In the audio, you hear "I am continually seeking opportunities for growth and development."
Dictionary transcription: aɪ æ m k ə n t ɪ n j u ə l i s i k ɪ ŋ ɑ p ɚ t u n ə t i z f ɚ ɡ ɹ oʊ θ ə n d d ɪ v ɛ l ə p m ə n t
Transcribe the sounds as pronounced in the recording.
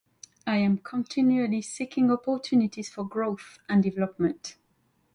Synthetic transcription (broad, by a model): aɪ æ m k ə n t ɪ n j u ə l i s i k ɪ ŋ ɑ p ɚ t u n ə t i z f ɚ ɡ ɹ oʊ θ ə n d d ɪ v ɛ l ə p m ə n t